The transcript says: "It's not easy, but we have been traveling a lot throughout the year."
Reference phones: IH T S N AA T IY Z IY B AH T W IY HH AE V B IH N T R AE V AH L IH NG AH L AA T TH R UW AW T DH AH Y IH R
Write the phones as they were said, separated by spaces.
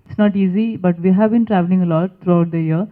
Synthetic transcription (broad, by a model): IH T S N AA T IY Z IY B AH T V IY HH AE V B IH N T R AE V AH L IH NG AH L AA T T R UW AW T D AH Y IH R